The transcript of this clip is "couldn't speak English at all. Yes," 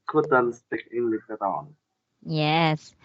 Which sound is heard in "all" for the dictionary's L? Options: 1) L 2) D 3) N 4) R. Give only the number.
3